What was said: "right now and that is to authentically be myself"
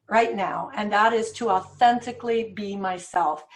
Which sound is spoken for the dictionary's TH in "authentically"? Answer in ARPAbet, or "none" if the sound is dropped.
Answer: TH